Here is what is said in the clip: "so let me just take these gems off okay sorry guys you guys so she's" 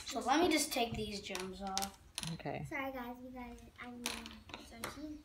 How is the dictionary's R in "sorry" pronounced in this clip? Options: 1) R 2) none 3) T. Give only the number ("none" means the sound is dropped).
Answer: 2